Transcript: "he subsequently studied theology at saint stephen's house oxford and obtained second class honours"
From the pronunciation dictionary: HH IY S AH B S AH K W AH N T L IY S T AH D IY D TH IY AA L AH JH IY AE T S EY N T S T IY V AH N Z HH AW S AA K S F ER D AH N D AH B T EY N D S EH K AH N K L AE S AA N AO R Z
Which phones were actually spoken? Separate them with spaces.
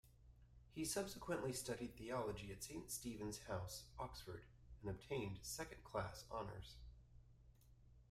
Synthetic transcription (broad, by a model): HH IY S AH B S AH K W AH N T L IY S T AH D IY D TH IY AA L AH JH IY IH T S EY N T S T IY V AH N Z HH AW S AA K S F ER D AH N AH B T EY N D S EH K AH N K L AE S AA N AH R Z